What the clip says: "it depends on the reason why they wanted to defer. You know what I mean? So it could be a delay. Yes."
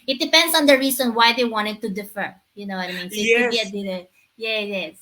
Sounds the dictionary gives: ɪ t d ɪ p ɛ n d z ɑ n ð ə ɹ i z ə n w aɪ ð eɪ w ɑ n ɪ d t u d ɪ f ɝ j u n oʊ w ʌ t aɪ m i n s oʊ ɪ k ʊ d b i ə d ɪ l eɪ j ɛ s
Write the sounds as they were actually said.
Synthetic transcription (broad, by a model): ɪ t d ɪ p ɛ n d s ɑ n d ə ɹ i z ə n w aɪ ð eɪ w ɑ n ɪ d t u d ɪ f ɝ j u n oʊ w ʌ t aɪ m i n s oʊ ɪ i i ə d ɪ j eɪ j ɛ s